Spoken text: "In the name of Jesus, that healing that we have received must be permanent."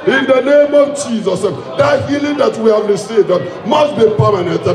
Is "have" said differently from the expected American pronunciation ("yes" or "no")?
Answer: no